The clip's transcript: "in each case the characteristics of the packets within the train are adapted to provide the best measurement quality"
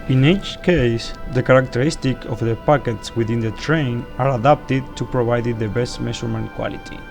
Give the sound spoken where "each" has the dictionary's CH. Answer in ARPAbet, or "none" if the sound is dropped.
CH